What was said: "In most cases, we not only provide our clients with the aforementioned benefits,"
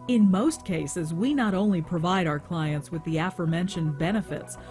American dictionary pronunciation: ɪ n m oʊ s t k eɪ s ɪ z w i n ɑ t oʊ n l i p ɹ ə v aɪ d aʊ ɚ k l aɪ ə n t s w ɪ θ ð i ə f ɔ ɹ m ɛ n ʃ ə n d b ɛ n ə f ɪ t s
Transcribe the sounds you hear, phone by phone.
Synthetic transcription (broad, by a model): ɪ n m oʊ s t k eɪ s ɪ z w i n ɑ t oʊ n l i p ɹ ə v aɪ d aʊ ɚ k l aɪ ə n t s w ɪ ð i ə f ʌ ɹ m ɛ n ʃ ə n b ɛ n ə f ɪ t s